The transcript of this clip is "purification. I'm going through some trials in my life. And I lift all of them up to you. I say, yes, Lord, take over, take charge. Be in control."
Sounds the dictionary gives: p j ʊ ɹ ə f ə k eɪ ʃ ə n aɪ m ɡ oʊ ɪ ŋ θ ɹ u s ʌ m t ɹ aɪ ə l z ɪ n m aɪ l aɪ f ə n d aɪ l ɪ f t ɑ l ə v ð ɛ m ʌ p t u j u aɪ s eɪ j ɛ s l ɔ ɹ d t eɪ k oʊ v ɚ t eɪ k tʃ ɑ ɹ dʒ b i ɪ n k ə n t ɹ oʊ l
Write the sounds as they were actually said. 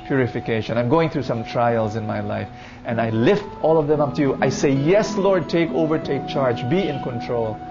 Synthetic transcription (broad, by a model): p j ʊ ɹ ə f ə k eɪ ʃ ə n aɪ m ɡ oʊ ɪ ŋ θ ɹ u s ʌ m t ɹ aɪ ə l z ɪ n m aɪ l aɪ f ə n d aɪ l ɪ f t ɑ l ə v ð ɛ m ʌ p t u j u aɪ s eɪ j ɛ s l ɔ ɹ d t eɪ k oʊ v ɚ t eɪ k tʃ ɑ ɹ dʒ b i ɪ n k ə n t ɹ oʊ l